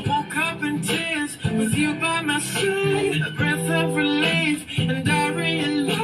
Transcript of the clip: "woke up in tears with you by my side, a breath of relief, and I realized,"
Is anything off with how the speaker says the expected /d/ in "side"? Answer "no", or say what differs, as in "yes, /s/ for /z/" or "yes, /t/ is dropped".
yes, /d/ is dropped